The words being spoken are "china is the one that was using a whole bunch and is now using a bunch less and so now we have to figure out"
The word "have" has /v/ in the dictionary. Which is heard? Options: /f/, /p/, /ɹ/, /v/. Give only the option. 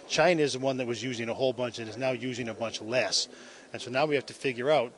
/f/